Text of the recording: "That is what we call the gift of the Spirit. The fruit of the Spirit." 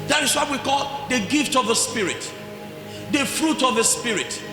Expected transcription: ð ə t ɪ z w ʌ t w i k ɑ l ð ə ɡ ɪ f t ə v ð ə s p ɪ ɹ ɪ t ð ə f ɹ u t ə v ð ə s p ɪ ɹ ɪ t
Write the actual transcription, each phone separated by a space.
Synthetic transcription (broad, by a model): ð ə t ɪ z w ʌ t w i k ɑ l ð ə ɡ ɪ f t ə v ð ə s p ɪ ɹ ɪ t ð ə f ɹ u t ə v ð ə s p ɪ ɹ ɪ t